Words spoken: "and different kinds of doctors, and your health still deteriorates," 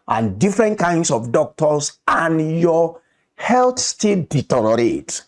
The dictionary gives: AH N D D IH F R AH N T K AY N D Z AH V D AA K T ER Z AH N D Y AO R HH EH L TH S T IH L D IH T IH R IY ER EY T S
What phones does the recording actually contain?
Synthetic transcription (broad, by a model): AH N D D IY F R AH N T K AY N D S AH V D AA K T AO S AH N Y AO HH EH L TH S T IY L D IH T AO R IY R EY T